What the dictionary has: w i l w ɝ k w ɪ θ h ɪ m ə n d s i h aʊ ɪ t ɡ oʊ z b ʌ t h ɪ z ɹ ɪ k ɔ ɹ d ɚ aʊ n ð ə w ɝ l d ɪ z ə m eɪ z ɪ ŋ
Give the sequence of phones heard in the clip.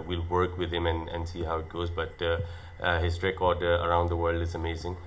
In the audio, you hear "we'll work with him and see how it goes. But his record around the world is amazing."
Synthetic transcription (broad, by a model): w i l w ɝ k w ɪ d h ɪ m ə n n s i h aʊ ɪ t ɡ oʊ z b ʌ t h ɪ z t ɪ k ɔ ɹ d ɚ aʊ n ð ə w ɝ l d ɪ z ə m eɪ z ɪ ŋ